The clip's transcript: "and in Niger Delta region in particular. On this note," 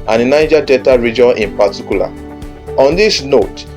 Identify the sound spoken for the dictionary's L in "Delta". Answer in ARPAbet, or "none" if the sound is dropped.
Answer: none